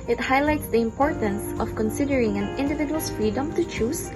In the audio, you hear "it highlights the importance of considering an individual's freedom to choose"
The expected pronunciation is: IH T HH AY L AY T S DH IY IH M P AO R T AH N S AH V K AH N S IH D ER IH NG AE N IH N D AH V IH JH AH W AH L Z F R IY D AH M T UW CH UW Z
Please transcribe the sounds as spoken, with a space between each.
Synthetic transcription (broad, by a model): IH T HH AY L AY T S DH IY IH M P AO R T AH N S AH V K AH N S IH D ER IH NG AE N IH N D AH V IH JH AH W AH L F R IY D AH M T UW CH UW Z